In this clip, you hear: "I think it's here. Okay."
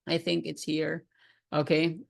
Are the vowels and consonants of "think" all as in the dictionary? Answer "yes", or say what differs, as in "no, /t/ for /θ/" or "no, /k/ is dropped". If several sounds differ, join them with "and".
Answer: yes